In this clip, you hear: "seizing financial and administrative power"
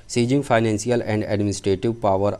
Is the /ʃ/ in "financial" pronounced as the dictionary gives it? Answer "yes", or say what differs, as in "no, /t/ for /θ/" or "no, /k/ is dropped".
no, /s/ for /ʃ/